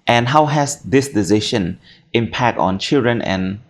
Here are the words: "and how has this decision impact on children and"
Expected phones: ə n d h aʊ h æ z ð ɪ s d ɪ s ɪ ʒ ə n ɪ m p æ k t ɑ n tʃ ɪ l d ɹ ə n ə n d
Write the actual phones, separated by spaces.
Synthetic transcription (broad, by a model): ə n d h aʊ h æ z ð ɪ s d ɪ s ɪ ʃ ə n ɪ m p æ k t ɑ n tʃ ɪ l d ɹ ə n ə n